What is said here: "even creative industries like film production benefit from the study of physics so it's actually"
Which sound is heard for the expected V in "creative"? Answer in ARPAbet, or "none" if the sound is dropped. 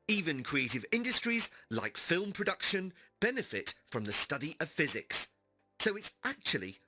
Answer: V